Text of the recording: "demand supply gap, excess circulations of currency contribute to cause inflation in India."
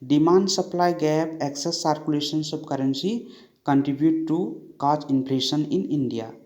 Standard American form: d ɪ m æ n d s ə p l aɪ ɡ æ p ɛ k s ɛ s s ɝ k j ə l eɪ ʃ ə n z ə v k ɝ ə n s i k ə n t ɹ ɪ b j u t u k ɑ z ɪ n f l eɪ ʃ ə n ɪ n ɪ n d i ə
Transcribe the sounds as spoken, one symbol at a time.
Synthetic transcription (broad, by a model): d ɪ m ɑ n d s ə p l aɪ ɡ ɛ p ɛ k s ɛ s s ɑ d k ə l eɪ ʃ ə n s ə b k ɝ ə n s i k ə n t ɹ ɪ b j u t u k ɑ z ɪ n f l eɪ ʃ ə n ɪ n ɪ n d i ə